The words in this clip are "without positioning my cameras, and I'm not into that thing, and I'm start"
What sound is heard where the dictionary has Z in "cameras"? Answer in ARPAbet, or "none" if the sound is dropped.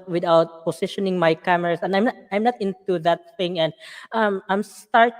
S